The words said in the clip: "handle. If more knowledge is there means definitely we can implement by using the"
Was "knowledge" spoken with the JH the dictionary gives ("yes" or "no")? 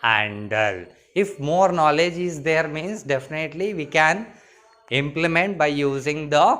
yes